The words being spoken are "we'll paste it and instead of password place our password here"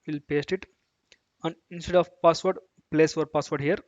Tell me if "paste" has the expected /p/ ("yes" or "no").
yes